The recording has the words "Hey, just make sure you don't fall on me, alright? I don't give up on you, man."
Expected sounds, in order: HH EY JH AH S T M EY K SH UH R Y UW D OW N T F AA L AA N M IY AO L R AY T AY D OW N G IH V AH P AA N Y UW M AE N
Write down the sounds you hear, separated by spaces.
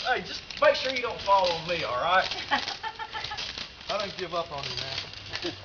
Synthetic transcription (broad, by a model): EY JH AH S T M EY K SH UH R Y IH D OW N T F AA L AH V M IY AO L R AY T AY D OW N G IH V AH P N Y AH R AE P